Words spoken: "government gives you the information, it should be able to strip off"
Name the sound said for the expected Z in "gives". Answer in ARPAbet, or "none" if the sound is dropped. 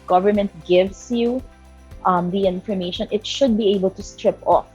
S